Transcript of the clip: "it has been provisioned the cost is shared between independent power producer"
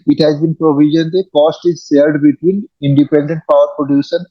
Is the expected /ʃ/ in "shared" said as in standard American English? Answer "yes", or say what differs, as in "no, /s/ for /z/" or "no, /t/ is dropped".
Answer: no, /s/ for /ʃ/